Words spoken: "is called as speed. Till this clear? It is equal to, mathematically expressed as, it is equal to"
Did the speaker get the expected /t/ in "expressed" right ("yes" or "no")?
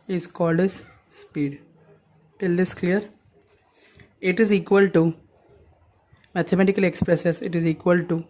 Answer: no